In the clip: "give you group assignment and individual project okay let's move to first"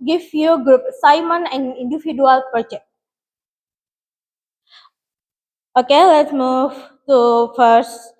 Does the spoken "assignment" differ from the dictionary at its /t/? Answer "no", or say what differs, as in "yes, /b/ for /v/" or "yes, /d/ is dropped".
yes, /t/ is dropped